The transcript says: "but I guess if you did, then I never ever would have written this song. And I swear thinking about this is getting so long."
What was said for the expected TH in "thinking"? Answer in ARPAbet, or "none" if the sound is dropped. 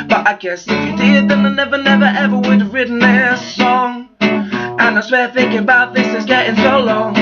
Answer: TH